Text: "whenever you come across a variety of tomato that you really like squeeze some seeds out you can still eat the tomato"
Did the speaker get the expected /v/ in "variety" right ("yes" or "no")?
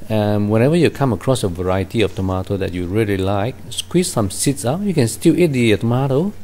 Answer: yes